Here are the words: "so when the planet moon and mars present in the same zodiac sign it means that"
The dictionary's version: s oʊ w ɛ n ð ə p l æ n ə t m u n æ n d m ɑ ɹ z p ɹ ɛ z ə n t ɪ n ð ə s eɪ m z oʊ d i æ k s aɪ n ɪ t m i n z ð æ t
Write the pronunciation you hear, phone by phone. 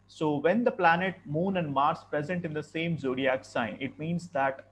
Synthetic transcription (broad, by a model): s oʊ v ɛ n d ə p l æ n ə t m u n æ n d m ɑ ɹ s p ɹ ɛ z ə n t ɪ n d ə s eɪ m z oʊ d i æ k s aɪ n ɪ t m i n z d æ t